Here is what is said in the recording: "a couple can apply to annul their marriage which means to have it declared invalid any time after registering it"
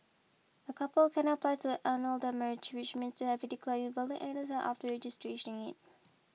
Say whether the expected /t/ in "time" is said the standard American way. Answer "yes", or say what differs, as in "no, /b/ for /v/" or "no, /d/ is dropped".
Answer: no, /s/ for /t/